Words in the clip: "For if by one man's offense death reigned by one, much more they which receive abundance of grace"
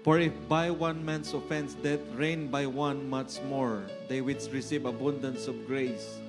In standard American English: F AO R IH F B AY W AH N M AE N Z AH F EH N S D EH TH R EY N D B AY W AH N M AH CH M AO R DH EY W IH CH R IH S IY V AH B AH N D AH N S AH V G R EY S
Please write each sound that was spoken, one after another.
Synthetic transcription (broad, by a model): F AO R IH F B AY W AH N M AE N S AH F EH N S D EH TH R EY N B AY W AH N M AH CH M AO R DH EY W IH S R IH S IY V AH B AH N D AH N S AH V G R EY S